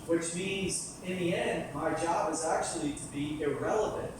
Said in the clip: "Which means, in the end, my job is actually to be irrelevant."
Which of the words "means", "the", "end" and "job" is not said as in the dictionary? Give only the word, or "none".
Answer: none